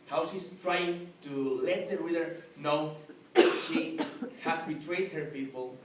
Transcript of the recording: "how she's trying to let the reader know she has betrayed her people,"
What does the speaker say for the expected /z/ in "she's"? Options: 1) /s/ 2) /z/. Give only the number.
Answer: 1